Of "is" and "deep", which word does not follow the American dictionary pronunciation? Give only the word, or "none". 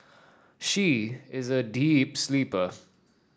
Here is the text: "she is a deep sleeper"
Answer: none